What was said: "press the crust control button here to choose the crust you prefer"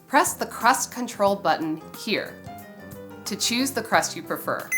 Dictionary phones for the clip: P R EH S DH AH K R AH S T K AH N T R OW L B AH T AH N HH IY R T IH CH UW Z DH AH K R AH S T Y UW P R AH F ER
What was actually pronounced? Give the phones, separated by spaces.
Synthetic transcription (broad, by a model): P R EH S DH AH K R AH S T K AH N T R OW L B AH T N HH IY R T IH CH UW Z DH AH K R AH S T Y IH P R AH F ER